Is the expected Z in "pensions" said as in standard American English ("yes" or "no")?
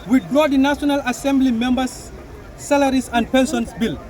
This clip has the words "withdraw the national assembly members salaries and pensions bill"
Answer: no